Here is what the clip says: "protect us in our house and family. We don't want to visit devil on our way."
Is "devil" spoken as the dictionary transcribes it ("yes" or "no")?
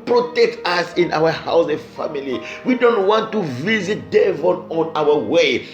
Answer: no